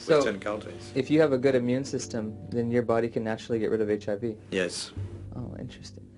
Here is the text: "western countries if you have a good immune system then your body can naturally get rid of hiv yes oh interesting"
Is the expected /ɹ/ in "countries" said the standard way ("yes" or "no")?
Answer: no